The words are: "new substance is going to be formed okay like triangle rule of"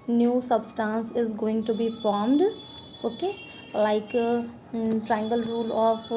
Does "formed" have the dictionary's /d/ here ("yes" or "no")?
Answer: yes